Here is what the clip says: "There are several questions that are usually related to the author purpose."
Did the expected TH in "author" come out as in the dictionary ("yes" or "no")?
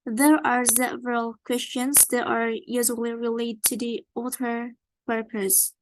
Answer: no